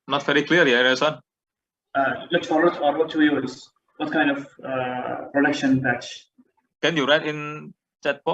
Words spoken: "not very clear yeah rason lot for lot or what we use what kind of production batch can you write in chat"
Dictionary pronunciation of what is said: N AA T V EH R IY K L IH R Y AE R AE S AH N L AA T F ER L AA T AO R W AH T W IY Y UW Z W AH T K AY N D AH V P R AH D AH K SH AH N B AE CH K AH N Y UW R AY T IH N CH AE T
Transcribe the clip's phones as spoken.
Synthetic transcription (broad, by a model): N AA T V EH R IY K L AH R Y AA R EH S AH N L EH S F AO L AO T AO R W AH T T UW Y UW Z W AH T K AY N D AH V P R AH D AH K SH AH N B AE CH K AH N Y UW R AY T IH N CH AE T